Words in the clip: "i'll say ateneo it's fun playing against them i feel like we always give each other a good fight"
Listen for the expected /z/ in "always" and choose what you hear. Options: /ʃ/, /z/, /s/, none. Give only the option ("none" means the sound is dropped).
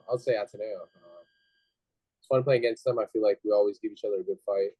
/z/